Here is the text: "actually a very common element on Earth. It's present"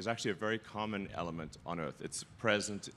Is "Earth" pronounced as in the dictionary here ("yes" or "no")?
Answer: yes